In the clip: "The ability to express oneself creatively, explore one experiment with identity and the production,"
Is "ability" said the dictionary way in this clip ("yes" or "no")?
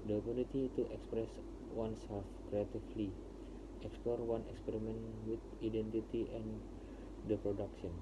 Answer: no